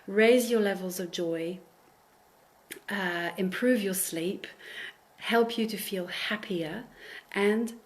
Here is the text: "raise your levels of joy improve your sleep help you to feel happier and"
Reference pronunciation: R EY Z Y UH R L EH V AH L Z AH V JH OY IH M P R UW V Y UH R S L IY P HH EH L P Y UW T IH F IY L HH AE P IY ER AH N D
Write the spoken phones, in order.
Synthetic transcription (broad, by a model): R EY Z Y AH R L EH V AH L Z AH V JH OY IH M P R UW V Y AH R S L IY P HH EH L P Y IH T IH F IY L HH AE P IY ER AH N